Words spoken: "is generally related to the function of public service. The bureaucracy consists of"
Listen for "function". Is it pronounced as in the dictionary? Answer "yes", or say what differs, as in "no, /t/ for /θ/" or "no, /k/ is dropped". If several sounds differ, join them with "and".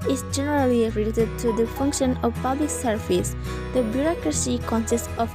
yes